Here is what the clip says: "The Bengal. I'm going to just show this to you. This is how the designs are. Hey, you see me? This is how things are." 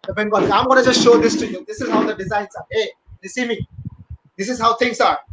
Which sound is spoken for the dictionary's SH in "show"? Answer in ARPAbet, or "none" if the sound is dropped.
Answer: SH